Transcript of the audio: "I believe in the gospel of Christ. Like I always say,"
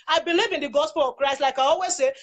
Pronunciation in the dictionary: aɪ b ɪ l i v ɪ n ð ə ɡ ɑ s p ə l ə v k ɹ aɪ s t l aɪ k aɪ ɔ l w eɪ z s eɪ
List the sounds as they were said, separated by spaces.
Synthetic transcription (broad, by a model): aɪ b ɪ l i v ɪ n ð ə ɡ ɑ s p ə l ə v k ɹ aɪ s t l aɪ k aɪ ɔ l w eɪ z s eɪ